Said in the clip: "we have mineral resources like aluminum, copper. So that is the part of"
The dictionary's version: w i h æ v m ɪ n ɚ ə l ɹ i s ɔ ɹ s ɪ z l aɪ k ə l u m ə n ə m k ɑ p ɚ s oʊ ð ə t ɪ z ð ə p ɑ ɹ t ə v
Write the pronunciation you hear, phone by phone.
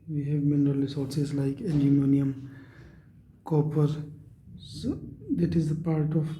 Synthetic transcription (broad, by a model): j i h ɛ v m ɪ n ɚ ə l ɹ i s ɔ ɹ s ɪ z l aɪ k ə n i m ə n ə m k ɑ p ɚ s oʊ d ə t ɪ z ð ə p ɑ ɹ t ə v